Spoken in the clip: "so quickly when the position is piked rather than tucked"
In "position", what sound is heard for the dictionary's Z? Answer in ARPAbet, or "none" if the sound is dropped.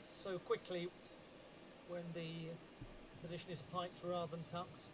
Z